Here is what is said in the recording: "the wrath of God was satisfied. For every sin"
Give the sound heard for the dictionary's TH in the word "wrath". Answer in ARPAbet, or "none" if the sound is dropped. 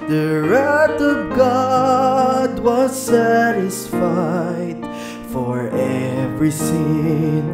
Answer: T